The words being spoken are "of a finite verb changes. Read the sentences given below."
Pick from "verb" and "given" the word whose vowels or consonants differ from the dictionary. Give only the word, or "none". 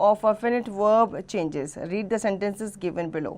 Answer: none